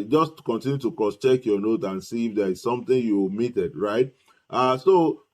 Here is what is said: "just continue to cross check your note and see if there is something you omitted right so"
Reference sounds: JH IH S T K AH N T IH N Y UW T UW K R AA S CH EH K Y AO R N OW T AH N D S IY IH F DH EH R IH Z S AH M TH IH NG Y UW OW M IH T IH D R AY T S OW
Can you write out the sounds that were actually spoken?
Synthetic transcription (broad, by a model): JH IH S T K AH N T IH N Y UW T UW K AA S CH EH K Y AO N OW T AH N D S IY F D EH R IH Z S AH M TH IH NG Y UW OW M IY T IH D R AY T S OW